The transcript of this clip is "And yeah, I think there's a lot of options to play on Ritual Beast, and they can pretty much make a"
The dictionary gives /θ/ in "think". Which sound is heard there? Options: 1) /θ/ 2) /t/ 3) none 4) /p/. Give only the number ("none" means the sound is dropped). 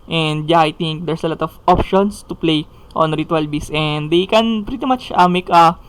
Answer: 2